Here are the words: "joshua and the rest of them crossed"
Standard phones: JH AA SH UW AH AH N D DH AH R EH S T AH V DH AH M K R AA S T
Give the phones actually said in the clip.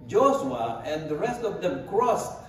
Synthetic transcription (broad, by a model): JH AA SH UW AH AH N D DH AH R EH S T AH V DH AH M K R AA S